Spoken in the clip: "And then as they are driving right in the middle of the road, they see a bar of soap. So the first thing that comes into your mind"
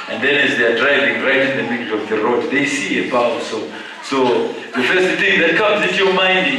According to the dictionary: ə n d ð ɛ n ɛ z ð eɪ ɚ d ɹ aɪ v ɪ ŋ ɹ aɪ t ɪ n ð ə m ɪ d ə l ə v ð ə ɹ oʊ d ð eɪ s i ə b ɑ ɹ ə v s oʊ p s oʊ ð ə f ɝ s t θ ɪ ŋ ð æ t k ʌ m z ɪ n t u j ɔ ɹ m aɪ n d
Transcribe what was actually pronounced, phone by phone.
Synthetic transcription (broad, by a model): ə n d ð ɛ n ɛ z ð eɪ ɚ d ɹ aɪ v ɪ ŋ ɹ aɪ t ɪ n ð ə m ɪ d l ə v ð ə ɹ oʊ d ð eɪ s i ə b ɑ w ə s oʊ s oʊ ð ə f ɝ s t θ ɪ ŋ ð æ t k ʌ m z ɪ n t u j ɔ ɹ m aɪ n d